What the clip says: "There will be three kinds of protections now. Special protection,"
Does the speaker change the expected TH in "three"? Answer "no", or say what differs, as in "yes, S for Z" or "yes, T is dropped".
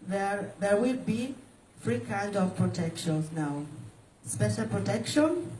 yes, F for TH